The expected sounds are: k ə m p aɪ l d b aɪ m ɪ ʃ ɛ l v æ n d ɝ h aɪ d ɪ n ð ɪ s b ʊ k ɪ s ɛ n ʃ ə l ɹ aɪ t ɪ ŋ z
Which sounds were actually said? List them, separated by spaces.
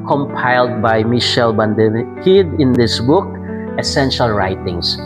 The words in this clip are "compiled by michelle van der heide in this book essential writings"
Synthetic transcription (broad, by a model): k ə m p aɪ l d b aɪ m ɪ ʃ ɛ l b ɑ n d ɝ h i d ɪ n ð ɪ s b ʊ k ɪ s ɛ n ʃ ə l ɹ aɪ t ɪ ŋ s